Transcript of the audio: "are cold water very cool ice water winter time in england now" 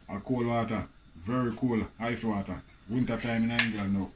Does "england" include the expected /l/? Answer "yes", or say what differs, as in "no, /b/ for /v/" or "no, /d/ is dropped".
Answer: no, /l/ is dropped